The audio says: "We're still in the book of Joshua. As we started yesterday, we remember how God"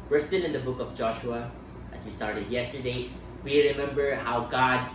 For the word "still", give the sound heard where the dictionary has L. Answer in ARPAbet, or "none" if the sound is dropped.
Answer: N